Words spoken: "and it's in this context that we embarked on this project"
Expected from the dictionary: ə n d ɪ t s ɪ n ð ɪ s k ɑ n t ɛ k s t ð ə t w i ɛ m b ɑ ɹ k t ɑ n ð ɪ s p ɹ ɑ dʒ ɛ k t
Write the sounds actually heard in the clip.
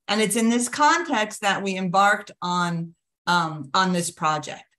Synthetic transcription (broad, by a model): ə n ɪ t s ɪ n ð ɪ s k ɑ n t ɛ k s t ð ə t w i ɛ m b ɑ ɹ k t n n ð ɪ s p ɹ ɑ dʒ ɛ k t